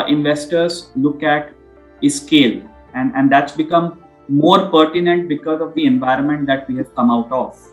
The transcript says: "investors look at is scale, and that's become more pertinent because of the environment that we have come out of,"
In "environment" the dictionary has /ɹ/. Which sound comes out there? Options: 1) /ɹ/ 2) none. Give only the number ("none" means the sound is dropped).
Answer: 1